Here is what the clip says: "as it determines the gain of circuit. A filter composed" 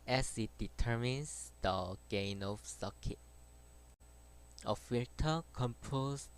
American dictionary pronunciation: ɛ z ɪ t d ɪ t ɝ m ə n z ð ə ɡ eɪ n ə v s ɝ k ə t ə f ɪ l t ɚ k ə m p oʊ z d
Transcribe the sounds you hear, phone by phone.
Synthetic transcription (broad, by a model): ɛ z ɪ t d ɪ t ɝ m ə n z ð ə ɡ eɪ n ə f s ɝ k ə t ə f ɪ t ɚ k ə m p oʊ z